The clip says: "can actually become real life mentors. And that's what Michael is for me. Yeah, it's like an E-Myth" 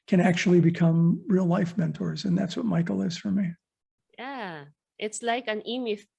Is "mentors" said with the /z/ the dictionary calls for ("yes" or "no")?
yes